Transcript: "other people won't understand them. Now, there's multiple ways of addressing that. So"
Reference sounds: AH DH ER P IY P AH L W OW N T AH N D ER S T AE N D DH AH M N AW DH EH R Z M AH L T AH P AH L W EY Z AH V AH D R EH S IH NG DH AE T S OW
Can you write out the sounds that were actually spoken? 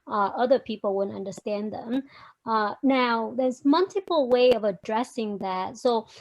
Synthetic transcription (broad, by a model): AH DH ER P IY P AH L W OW N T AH N D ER S T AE N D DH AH M N AW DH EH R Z M AH L T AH P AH L W EY AH V AH D R EH S IH NG DH AE T S OW